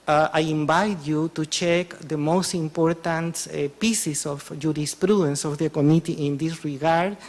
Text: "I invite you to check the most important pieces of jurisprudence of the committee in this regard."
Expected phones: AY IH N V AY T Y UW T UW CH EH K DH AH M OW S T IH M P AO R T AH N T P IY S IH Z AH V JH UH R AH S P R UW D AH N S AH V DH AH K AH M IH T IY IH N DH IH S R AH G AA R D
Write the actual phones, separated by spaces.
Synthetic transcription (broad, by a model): AY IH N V AY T Y UW T UW CH EH K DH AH M OW S T IH M P AO R T AH N T P IY S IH S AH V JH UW R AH S P R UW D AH N S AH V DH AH K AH M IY T IY IH N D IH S R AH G AA R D